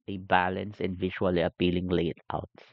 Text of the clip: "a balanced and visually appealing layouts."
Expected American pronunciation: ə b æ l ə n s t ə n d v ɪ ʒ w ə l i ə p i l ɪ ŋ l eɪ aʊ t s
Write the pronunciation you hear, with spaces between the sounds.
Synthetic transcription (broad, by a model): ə b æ l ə n s ə n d v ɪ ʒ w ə l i ə p i l ɪ ŋ l eɪ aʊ t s